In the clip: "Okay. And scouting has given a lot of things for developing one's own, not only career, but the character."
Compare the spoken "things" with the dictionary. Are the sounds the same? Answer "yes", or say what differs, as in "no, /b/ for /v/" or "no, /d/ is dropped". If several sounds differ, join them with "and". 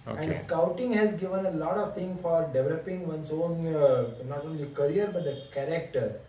no, /t/ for /θ/ and /z/ is dropped